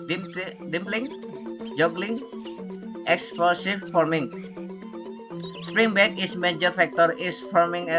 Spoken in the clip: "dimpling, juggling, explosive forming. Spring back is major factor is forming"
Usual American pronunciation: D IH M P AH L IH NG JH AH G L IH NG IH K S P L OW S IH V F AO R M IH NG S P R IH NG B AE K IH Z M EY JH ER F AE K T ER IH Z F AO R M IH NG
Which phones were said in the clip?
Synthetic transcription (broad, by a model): D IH M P L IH NG JH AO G L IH NG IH K S P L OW S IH F F AO R M IH NG S P R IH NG B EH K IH S M EY JH ER F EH K T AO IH S F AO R M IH NG